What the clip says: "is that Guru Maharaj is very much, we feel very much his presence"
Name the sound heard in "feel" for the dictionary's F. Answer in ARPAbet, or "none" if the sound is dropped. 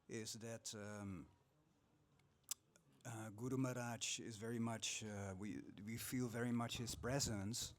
F